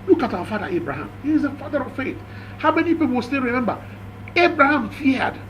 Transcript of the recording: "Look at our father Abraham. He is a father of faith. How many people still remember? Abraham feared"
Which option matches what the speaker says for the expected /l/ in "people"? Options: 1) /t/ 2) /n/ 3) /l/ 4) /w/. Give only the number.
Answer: 4